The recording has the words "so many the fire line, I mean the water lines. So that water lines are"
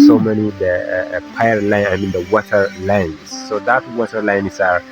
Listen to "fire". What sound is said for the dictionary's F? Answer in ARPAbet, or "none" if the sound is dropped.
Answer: P